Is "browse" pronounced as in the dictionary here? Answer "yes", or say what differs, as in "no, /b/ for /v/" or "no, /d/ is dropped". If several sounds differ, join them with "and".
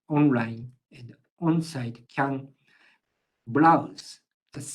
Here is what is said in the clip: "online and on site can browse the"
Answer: no, /l/ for /ɹ/